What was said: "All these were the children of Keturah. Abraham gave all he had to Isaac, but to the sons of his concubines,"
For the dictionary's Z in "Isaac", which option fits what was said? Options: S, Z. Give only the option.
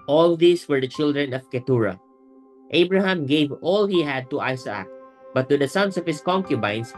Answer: S